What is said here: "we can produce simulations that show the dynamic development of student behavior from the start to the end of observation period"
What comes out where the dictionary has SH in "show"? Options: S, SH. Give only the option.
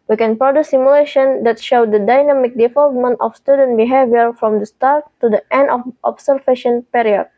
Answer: SH